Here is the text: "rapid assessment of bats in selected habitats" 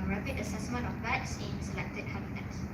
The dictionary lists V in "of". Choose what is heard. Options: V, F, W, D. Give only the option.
F